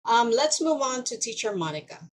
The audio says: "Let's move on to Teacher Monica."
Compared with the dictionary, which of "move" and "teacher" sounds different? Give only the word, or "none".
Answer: none